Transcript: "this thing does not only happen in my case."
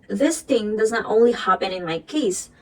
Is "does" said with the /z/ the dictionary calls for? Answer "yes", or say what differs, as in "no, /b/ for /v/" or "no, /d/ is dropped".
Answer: yes